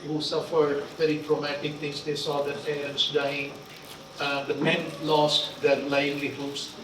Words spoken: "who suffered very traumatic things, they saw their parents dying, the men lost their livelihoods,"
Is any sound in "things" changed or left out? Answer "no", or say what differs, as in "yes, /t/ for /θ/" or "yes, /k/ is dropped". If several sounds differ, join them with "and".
yes, /t/ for /θ/